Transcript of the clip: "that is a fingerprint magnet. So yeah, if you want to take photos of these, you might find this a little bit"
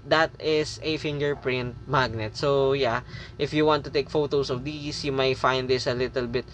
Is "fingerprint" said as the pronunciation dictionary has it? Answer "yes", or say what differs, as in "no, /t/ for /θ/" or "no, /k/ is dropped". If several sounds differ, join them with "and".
yes